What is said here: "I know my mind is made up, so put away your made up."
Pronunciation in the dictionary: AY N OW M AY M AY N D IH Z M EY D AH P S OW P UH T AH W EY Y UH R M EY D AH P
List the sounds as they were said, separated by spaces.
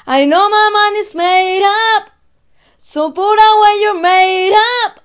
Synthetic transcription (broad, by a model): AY N OW M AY M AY N IH S M EY D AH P S OW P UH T AH W EY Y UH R M EY D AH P